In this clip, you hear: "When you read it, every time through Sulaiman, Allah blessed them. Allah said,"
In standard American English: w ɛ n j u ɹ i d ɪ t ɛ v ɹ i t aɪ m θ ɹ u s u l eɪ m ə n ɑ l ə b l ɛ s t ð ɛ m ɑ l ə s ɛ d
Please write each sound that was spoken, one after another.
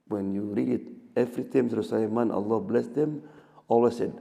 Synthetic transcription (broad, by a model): w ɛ n j u ɹ i d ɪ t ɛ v ɹ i t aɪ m s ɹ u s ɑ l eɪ m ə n ɑ l ə b l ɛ s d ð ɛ m ɑ l ə s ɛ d